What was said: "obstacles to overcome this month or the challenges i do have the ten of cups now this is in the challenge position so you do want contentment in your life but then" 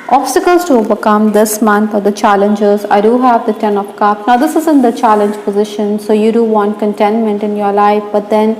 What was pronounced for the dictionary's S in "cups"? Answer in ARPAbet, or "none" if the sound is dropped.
none